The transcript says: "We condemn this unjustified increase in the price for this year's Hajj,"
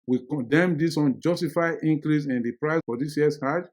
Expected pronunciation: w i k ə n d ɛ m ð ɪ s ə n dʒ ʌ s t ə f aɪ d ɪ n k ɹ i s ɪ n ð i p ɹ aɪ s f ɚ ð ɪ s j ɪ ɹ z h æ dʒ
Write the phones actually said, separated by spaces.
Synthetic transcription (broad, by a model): w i k ə n d ɛ m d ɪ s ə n dʒ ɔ s t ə f aɪ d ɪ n k ɹ i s ɪ n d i p ɹ aɪ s f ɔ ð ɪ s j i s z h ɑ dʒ